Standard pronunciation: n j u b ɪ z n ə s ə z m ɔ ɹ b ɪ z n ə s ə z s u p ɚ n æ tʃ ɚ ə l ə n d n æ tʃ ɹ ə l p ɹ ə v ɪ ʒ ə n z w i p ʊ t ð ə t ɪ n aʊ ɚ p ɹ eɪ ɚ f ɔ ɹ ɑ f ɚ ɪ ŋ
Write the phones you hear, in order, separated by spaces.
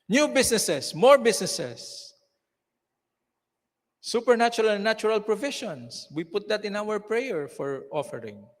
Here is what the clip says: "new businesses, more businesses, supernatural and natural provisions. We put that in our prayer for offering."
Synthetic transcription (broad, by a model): n j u b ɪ s n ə s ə s m ɔ ɹ b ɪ s n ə s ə s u p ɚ n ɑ tʃ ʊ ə l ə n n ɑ tʃ ɹ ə l p ɹ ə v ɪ ʃ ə n s w i p ʊ t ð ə t ɪ n aʊ ɚ p ɹ eɪ ɚ f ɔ ɹ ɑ f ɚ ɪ ŋ